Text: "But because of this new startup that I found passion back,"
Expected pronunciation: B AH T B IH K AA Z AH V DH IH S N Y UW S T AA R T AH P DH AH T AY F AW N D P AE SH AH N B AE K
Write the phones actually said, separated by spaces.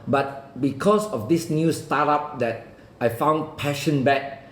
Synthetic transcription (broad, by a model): B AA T B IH K AA S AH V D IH S N Y UW S T AA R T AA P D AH T AY F AW N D P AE SH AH N B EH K